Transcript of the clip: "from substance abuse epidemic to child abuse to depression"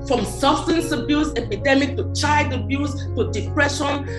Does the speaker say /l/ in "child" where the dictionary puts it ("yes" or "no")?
no